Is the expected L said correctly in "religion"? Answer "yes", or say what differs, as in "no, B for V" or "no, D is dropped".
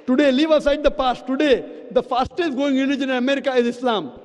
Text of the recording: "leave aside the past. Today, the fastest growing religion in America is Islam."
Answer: no, N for L